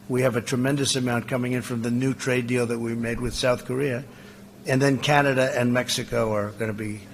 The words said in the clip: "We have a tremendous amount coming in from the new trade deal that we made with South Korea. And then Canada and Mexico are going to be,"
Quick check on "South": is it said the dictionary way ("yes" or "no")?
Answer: yes